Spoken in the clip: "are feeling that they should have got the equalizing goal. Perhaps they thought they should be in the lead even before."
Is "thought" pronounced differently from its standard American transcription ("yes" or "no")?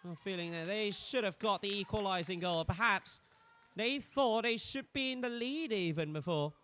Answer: no